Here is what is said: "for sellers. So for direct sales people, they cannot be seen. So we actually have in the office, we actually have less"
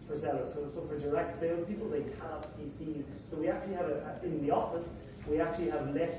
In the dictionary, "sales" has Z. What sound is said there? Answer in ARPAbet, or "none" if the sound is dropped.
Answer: none